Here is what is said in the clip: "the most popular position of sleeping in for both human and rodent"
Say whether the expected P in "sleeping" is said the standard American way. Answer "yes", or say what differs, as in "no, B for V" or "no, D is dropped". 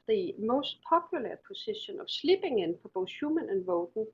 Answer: no, B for P